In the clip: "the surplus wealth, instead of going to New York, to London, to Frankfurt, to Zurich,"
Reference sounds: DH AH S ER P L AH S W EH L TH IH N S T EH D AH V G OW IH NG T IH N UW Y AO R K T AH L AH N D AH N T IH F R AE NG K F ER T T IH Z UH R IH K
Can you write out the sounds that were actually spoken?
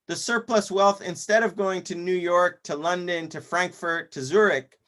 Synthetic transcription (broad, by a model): DH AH S ER P L AH S W EH L TH IH N S T EH D AH V G OW IH NG T IH N UW Y AO R K T AH L AH N D AH N T IH F R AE NG K F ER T T IH Z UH R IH K